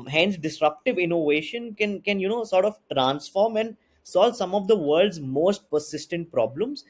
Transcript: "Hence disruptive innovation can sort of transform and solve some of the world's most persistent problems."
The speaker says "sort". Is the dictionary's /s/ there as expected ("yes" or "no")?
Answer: yes